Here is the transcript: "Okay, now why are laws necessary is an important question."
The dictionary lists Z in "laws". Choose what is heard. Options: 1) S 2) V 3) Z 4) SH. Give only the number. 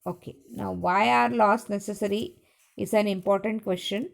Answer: 1